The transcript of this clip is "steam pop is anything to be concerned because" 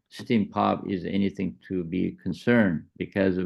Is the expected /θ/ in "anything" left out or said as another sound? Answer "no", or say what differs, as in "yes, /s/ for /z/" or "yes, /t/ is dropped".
no